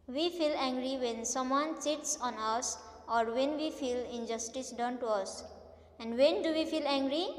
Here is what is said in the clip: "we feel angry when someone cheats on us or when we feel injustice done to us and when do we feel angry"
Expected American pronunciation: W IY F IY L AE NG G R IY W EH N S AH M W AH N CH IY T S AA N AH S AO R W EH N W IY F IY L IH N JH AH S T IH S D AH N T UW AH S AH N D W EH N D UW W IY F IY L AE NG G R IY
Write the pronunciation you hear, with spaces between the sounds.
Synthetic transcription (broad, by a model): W IY F IY L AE NG G R IY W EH N S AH M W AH N S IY T S AA N AH S AO R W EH N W IY F IY L IH N JH AH S T IH S D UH N T UW AH S AH N D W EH N D UW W IY F IY L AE NG G R IY